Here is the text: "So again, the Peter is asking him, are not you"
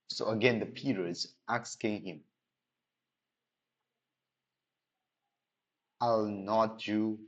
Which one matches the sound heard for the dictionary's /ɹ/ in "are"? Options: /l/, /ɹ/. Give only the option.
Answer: /l/